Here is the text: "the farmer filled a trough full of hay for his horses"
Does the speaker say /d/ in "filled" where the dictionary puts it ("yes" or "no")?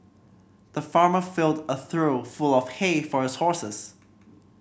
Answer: yes